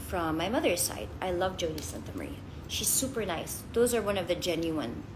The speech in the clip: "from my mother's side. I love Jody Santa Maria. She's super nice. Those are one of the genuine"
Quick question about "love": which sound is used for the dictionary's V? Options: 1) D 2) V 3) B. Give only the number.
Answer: 2